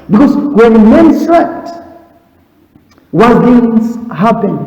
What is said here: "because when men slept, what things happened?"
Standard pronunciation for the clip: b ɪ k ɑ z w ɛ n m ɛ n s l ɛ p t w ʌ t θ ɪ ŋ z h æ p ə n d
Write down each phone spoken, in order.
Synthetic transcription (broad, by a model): b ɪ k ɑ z w ɛ n m ɛ n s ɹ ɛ t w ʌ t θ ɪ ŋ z h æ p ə n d